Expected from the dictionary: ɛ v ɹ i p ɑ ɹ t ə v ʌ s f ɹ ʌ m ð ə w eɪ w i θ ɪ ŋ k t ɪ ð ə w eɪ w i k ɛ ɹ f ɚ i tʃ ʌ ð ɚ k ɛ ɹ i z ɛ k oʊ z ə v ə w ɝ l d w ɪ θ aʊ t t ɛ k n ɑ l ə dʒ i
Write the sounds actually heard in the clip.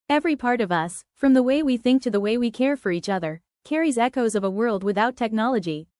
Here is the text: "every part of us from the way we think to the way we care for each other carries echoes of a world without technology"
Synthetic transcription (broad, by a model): ɛ v ɹ i p ɑ ɹ t ə v ʌ s f ɹ ʌ m ð ə w eɪ w i θ ɪ ŋ k t ɪ ð ə w eɪ w i k ɛ ɹ f ɚ i tʃ ʌ ð ɚ k ɛ ɹ i z ɛ k oʊ z ə v ə w ɝ l d w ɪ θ aʊ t t ɛ k n ɑ l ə dʒ i